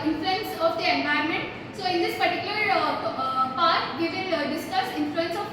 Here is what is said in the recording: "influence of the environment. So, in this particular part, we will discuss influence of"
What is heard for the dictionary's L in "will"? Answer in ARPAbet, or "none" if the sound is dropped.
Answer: N